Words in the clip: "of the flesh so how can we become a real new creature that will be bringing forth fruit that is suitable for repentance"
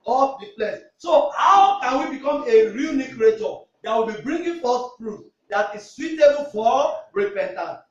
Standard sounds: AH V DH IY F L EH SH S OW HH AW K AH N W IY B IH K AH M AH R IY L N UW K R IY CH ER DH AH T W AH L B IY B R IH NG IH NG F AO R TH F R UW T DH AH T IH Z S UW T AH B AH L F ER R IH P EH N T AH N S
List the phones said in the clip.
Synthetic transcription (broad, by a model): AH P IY P L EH S S OW HH AW K AH N W IY B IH K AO M AH R IY L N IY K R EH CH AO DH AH T W AH L B IY B R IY NG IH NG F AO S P R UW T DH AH T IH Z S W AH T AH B F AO R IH P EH N T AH N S